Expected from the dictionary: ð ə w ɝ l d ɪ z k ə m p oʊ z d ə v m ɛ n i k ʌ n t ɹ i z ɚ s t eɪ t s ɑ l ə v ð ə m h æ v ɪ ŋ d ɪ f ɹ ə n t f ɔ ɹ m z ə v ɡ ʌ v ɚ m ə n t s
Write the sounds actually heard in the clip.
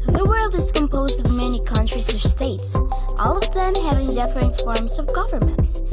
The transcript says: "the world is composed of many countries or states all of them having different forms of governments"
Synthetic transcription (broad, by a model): ð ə w ɝ l d ɪ z k ə m p oʊ z d ə v m ɛ n i k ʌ n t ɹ i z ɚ s t eɪ t s ɑ l ə v ð ə m h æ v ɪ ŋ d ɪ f ɹ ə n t f ɔ ɹ m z ə v ɡ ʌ v ɚ m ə n t s